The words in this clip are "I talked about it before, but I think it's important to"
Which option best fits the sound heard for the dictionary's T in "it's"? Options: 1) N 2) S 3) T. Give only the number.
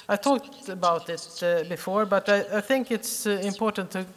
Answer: 3